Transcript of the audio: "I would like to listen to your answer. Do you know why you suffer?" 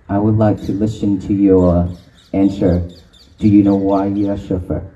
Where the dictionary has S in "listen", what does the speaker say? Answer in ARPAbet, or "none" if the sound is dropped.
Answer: S